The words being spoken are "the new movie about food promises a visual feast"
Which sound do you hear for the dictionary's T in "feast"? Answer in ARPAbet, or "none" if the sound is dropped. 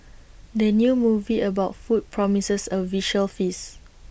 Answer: none